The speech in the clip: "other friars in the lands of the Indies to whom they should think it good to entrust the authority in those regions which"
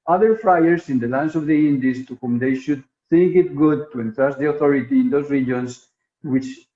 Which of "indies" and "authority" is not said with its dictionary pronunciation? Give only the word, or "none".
indies